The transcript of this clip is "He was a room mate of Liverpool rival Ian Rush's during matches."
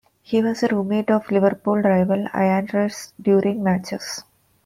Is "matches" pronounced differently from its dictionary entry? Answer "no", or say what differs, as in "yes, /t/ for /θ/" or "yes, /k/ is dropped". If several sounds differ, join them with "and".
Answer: yes, /s/ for /z/